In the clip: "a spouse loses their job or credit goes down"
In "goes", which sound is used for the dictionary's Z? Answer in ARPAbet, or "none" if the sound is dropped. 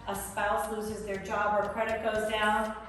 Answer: Z